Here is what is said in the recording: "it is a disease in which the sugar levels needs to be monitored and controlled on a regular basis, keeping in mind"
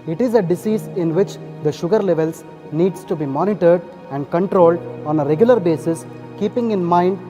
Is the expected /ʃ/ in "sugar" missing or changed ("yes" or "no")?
no